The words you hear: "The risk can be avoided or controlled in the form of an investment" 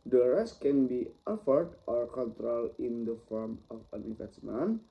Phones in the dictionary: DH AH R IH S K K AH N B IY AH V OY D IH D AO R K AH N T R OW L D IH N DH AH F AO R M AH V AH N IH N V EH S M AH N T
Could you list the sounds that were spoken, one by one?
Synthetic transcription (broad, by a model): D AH R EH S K K AH N B IY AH F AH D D AO R K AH N T R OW L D IH N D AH F AO R M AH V AH N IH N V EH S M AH N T